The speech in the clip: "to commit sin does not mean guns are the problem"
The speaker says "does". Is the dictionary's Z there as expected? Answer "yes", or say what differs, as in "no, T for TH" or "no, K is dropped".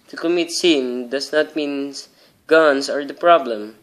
no, S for Z